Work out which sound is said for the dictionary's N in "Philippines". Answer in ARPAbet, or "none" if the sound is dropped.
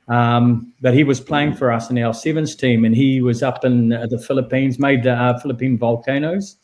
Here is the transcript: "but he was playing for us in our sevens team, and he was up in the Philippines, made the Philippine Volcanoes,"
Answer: N